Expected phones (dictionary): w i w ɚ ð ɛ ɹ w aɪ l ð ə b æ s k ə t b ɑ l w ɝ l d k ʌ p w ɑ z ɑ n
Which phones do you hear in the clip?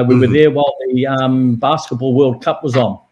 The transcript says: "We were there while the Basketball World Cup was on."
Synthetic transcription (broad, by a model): w i w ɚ ð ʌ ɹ w aɪ l ð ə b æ s k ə t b ɑ l w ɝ l d k ʌ p w ɑ z n